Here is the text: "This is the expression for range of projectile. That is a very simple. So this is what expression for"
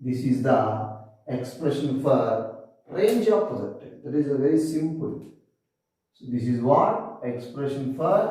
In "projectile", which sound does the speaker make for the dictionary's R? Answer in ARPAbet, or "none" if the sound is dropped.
none